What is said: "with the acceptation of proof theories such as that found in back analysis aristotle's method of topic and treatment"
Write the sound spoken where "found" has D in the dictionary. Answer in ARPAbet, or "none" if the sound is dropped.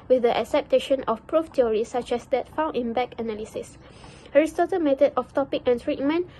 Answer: none